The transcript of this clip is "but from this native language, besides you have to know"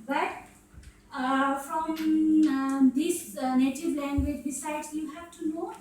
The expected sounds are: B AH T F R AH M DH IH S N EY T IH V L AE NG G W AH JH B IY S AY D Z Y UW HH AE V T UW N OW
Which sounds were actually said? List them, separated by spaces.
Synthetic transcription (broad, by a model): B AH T F R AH M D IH S N EY T IH V L AE NG G W AH JH B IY S AY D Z Y UW HH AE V T UW N OW